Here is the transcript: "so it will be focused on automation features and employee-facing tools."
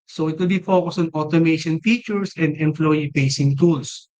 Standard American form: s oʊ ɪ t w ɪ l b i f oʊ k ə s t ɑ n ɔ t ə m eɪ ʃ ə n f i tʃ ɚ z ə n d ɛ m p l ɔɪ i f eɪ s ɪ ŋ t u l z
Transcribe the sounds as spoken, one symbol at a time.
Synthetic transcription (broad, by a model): s oʊ ɪ t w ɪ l b i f oʊ k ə s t ɑ n ɔ t ə m eɪ ʃ ə n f i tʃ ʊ s ə n d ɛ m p l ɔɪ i p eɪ s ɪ ŋ t u l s